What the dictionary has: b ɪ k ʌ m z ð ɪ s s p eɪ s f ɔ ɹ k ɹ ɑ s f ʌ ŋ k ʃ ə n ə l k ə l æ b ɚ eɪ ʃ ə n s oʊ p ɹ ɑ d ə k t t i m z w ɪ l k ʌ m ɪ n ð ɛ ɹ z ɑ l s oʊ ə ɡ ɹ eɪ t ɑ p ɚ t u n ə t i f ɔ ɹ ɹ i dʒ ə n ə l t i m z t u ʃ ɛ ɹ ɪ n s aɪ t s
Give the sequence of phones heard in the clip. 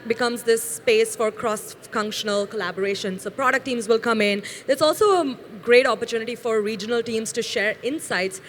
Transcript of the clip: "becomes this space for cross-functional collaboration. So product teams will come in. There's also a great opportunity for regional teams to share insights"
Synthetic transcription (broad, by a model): b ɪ k ʌ m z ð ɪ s s p eɪ s f ɔ ɹ k ɹ ɑ s f ʌ ŋ k ʃ ə n ə l k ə l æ b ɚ eɪ ʃ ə n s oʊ p ɹ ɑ d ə k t t i m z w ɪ l k ʌ m ɪ n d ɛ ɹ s ɑ l s oʊ ə ɡ ɹ eɪ t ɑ p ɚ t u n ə t i f ɔ ɹ ɹ i dʒ ə n ə l t i m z t u ʃ ɛ ɹ ɪ n s aɪ t s